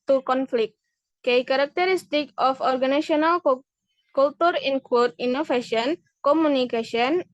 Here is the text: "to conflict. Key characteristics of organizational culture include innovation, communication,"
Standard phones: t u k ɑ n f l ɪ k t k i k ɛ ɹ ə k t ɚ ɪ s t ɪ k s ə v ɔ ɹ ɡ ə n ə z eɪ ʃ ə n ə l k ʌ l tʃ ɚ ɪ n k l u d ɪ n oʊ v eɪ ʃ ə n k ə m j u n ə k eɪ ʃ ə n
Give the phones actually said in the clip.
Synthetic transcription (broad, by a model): t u k ɑ n f l ɪ k t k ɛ k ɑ ɹ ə k t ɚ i s t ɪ k ə f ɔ ɹ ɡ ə n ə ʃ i ə n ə l k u l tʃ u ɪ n k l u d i n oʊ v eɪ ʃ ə n k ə m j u n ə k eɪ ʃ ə n